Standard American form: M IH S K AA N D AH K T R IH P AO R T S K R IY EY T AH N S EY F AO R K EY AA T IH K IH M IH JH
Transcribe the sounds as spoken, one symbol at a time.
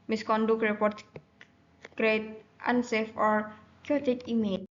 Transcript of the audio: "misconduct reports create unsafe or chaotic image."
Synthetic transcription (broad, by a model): M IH S K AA N D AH K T R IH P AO R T K R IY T T AH N S EY F AO R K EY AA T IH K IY M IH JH